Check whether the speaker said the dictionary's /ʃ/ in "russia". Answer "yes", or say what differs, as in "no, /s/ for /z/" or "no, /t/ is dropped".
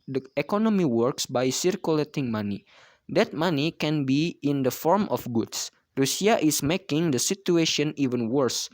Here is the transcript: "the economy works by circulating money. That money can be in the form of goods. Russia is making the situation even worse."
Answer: no, /s/ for /ʃ/